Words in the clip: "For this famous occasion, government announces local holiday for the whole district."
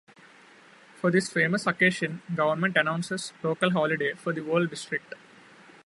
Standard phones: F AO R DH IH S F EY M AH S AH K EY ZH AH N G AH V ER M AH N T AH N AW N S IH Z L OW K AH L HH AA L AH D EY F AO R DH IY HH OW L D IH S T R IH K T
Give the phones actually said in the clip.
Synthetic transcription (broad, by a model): F AO R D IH S F EY M AH S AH K EY SH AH N G AH V ER M AH N T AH N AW N S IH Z L OW K AH L HH AA L AH D EY F AO R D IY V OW L D IH S T R IH K T